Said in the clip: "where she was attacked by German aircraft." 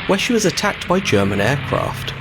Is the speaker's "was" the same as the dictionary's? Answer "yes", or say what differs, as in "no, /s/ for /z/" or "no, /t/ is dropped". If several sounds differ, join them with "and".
yes